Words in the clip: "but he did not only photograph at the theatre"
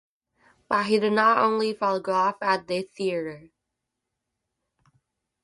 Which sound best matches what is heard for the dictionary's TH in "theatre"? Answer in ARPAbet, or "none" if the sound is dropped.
TH